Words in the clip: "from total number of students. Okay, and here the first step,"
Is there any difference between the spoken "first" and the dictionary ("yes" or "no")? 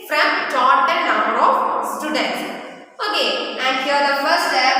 yes